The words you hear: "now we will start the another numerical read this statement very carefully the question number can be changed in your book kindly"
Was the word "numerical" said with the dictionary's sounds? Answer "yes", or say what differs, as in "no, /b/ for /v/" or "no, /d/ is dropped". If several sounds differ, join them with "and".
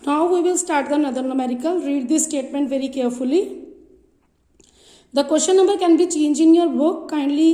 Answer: yes